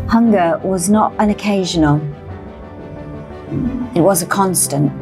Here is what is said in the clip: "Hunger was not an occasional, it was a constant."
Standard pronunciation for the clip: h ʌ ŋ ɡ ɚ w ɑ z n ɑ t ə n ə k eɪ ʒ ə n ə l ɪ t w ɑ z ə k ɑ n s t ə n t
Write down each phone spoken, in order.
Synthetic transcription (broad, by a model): h ʌ ŋ ɡ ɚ w ɑ z n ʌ t ə n ə k eɪ ʒ ə n ə l ɪ t w ɑ z ə k ɑ n s t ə n t